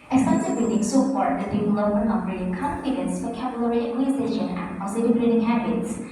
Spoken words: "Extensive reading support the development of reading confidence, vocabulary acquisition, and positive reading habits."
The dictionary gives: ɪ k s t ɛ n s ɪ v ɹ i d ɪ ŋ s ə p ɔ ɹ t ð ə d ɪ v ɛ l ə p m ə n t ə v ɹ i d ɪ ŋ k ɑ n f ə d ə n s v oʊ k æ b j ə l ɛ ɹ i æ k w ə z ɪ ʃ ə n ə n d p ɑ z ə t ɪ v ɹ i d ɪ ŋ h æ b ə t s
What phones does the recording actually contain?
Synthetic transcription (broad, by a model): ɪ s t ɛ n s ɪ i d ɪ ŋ s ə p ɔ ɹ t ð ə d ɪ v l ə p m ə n ə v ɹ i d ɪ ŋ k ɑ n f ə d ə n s f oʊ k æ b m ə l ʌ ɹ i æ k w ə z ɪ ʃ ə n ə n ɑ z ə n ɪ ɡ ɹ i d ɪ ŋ h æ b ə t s